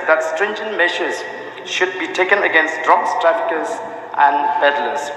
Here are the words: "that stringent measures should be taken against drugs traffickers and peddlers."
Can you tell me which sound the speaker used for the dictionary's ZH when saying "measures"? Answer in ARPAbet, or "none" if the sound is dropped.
SH